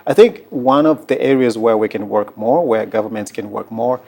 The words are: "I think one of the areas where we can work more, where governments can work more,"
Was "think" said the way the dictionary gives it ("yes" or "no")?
yes